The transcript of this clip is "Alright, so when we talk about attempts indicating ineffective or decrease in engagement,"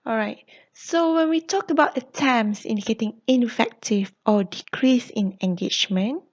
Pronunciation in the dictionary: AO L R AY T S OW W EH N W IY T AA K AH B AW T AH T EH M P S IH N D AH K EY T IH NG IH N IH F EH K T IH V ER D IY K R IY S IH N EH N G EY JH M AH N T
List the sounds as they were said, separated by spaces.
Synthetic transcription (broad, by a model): AO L R AY T S OW W EH N W IY T AA K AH B AW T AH T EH M S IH N D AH K EY T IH NG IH N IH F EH K T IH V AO D IY K R IY S IH N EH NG G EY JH M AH N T